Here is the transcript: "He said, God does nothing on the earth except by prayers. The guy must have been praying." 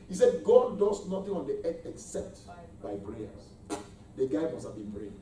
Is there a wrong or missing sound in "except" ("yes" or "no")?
no